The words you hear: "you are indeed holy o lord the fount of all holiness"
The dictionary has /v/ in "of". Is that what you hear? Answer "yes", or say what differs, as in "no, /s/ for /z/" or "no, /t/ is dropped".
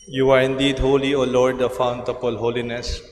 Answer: no, /p/ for /v/